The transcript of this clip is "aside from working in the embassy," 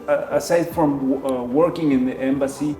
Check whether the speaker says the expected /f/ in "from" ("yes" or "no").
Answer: yes